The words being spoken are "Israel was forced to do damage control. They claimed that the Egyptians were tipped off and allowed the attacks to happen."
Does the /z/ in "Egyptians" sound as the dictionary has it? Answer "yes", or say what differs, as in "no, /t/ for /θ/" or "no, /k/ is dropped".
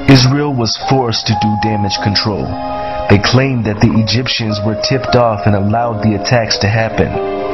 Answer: yes